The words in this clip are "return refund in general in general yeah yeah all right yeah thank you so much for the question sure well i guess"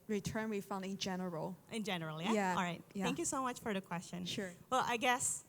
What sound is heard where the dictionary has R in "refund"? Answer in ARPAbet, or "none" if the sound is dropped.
W